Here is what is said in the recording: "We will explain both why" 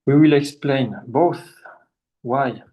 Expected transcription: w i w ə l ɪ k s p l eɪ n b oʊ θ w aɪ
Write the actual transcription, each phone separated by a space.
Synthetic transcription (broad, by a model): w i w ə l ɪ k s p l eɪ n b oʊ θ w aɪ